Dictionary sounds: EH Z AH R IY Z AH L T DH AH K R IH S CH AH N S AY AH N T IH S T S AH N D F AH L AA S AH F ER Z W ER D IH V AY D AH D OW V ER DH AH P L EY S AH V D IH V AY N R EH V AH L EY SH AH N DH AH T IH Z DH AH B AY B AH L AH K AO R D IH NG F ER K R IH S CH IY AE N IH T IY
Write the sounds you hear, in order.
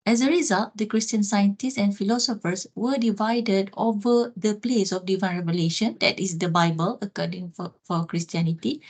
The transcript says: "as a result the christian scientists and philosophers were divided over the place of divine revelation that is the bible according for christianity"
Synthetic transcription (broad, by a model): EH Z AH R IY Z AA L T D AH K R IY S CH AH N S AY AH N T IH S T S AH N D F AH L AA S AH F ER S W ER D IH V AY D AH D OW V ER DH AH P L EY S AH F D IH V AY N R EH V AH L EY SH AH N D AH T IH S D AH B AY B AH L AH K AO D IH NG F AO K R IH S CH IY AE N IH T IY